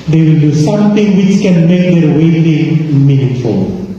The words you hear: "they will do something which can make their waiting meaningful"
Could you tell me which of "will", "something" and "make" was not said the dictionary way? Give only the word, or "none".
something